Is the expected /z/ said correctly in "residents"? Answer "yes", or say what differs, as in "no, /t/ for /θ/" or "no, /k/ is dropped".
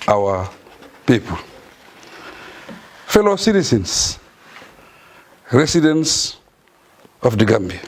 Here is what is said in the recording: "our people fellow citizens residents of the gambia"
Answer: no, /s/ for /z/